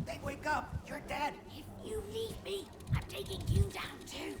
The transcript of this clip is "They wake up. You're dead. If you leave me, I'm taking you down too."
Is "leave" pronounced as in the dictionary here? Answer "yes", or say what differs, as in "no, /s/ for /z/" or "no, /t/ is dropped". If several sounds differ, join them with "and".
no, /n/ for /l/